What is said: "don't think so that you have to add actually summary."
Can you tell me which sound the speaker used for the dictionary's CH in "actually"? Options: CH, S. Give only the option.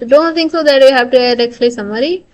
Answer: S